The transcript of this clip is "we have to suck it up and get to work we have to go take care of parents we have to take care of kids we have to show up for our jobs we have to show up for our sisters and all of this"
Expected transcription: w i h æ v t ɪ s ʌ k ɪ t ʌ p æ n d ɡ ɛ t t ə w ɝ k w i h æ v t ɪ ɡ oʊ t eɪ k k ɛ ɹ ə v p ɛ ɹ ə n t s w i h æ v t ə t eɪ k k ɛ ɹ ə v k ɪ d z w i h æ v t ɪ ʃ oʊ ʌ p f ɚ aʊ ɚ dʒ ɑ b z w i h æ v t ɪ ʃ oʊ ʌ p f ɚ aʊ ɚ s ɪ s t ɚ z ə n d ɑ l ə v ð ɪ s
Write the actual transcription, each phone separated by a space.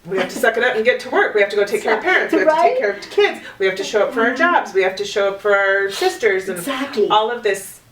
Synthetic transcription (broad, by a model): w i h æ f t ɪ s ʌ k ɪ t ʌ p n ɡ ɛ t t ə w ɝ k w i h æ f t ɪ ɡ oʊ t eɪ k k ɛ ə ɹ p ɛ ɹ ə n t s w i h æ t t eɪ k k ɛ ɹ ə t k ɪ d z w i h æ f t ɪ ʃ oʊ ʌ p f ɚ aʊ ɚ dʒ ɑ b z w i h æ f t ɪ ʃ oʊ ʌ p f ɚ aʊ ɚ s ɪ s t ɚ z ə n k ɑ l ə v ð ɪ s